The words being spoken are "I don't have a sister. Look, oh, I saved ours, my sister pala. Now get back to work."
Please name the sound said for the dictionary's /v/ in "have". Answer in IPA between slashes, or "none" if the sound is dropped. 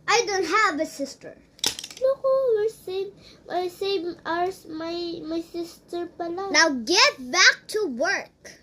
/v/